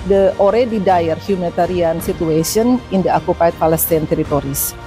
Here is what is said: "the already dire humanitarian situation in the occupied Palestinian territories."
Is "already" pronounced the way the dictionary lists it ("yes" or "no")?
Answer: yes